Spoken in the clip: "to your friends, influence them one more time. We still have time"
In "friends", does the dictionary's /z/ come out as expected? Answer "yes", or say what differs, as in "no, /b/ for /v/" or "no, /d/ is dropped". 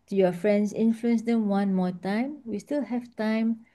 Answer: no, /s/ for /z/